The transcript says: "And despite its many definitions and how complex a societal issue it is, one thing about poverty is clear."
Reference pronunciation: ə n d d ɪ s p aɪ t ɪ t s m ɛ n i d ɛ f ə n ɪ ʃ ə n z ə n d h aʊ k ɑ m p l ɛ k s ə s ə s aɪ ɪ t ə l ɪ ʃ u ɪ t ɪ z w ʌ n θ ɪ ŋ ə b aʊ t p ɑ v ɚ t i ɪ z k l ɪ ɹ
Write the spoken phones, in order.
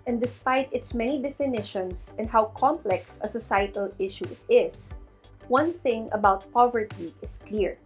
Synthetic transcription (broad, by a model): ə n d d ɪ s p aɪ t ɪ t s m ɛ n i d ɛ f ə n ɪ ʃ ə n s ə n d h aʊ k ɑ m p l ɛ k s ə s ə s aɪ ɪ t ə l ɪ ʃ u ɪ t ɪ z w ʌ n θ ɪ ŋ ə b aʊ t p ɑ v ɚ t i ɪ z k l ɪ ɹ